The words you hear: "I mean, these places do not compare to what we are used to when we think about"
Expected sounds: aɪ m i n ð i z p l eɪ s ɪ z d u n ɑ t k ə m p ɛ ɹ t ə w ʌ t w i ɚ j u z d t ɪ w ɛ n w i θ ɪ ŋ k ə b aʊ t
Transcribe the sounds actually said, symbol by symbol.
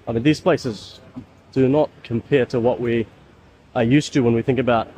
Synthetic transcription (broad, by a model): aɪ m i n ð i z p l eɪ s ɪ z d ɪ n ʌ t k ə m p ɛ ɹ t ə w ʌ t w i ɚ j u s t ɪ w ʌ n w i θ ɪ ŋ k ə b aʊ t